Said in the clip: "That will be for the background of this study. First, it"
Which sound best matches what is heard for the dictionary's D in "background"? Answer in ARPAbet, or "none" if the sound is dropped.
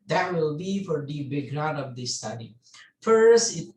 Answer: none